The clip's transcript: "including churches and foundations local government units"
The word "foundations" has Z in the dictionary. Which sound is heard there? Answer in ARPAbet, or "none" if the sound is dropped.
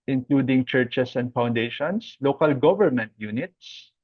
S